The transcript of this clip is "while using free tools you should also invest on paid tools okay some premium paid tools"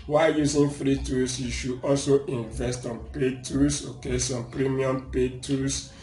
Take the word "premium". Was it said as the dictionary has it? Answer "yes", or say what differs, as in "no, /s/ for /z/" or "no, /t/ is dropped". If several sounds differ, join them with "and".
yes